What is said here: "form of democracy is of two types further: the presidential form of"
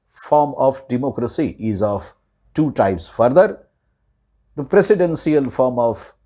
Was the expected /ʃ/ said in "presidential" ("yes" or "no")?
no